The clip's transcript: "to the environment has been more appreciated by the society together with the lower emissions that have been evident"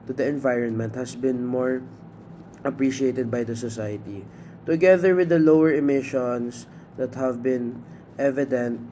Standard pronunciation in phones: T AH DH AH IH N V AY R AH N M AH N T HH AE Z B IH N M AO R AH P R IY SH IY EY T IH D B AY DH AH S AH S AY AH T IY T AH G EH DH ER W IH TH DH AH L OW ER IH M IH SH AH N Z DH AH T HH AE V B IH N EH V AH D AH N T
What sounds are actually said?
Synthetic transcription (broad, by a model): T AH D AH IH N V AY R AH N M AH N T HH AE S B IH N M AO R AH P R IY SH IY EY T IH D B AY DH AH S AH S AY AH T IY T AH G EH DH ER W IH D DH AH L OW ER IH M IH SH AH N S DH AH T HH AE V B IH N EH V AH D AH N T